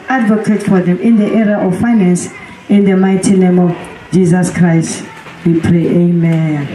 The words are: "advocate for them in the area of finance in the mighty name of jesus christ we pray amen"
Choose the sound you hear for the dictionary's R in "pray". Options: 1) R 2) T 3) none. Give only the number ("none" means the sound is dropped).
1